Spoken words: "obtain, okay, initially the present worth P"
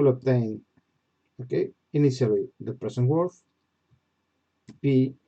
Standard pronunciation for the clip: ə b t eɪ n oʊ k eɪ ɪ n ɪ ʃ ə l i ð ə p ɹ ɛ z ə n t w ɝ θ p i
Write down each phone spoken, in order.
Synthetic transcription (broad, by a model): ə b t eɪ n oʊ k eɪ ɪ n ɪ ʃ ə l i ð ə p ɹ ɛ s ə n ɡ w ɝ f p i